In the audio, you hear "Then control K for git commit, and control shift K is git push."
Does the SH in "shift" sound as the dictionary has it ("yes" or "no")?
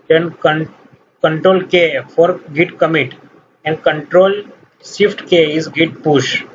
no